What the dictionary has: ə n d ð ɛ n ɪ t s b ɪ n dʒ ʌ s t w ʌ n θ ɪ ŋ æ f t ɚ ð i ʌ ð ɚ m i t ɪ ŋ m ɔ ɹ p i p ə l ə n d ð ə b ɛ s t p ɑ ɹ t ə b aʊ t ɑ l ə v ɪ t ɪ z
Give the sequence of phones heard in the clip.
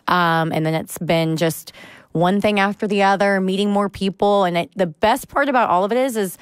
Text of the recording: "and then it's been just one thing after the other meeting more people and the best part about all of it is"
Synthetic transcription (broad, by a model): ə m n ð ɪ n ɪ t s b ɪ n dʒ ʌ s t w ʌ n θ ɪ ŋ æ f t ɚ ð i ʌ ð ɚ m i t ɪ ŋ m ɔ ɹ p i p l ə n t ð ə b ɛ s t p ɑ ɹ t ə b aʊ t ɑ l ə v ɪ t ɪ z